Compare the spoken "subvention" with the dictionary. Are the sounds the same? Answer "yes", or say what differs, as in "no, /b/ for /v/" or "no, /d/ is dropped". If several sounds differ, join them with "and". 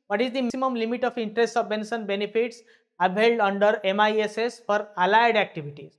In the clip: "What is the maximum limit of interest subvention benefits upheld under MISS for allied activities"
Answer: no, /s/ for /ʃ/